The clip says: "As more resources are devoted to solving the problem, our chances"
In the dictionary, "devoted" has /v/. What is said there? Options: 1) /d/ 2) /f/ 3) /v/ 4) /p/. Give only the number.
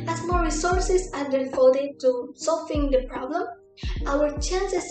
2